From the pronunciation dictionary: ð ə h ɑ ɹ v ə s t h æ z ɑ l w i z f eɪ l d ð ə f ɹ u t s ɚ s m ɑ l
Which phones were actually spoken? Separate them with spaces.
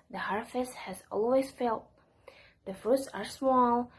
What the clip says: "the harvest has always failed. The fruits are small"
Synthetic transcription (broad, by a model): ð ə h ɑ ɹ f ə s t h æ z ɑ l w i z f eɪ l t ð ə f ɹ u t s ɚ s m ɑ l